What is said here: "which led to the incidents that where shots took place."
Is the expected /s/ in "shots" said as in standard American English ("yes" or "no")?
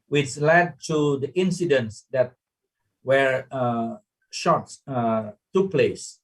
no